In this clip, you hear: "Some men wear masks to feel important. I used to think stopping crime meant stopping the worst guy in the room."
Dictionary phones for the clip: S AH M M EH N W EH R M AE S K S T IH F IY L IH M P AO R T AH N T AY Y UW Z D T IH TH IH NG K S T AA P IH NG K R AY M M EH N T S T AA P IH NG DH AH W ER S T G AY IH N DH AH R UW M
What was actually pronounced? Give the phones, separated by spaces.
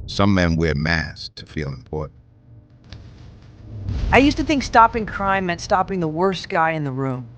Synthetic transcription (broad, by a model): S AH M M EH N W EH R M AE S S T IH F IY L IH M P AO R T N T AY Y UW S T IH TH IH NG K S T AA P IH NG K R AY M M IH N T S T AA P IH NG DH AH W ER S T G AY IH N DH AH R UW M